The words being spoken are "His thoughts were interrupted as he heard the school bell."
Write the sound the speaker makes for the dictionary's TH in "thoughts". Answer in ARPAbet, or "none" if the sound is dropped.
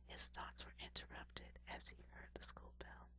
TH